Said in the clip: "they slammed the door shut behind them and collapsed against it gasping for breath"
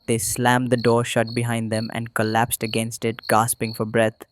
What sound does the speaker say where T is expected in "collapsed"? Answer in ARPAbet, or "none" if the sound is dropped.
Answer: T